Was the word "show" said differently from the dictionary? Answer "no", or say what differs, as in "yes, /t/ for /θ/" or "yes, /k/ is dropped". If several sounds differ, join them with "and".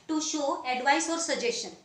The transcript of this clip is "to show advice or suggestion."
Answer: no